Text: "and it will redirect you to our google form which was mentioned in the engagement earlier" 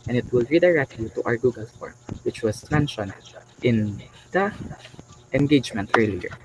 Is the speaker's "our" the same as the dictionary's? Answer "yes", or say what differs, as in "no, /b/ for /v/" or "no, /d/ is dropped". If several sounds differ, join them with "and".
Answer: yes